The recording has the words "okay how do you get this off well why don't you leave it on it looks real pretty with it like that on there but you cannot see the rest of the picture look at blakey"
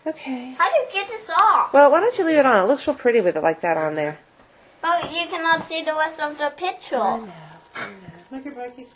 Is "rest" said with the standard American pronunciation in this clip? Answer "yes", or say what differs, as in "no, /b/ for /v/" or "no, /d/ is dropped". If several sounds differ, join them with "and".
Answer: no, /w/ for /ɹ/